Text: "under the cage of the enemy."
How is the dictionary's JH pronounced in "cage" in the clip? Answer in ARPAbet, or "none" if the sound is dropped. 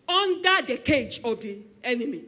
JH